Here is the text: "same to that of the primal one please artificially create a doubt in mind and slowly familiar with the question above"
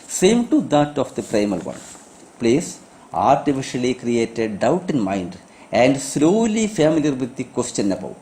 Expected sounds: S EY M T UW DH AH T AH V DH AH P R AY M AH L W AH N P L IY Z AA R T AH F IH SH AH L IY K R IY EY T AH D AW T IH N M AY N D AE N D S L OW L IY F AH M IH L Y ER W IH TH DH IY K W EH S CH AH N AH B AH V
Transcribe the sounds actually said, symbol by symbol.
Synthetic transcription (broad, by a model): S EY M T UW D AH T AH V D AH P R AY M AH L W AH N P L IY S AA R T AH F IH SH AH L IY K R IY EY T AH D AW T IH N M AY N D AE N D S L OW L IY F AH M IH L Y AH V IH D IY K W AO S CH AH N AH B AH